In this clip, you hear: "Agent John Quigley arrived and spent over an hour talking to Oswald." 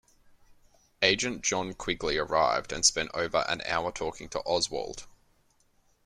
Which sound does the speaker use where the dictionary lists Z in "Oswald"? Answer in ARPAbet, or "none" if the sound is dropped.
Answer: Z